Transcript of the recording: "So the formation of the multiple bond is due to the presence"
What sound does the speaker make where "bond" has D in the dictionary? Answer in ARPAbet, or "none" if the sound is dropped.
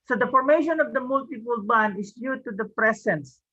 none